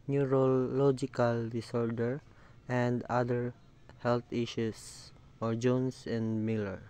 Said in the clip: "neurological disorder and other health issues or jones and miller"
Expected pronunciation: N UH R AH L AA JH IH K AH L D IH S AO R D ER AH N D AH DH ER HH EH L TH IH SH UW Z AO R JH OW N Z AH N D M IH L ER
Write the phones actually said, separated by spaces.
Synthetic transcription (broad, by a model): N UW R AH L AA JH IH K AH L D IH S AO R D ER AH N D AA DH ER HH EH L T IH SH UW S AO R JH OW N S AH N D M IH L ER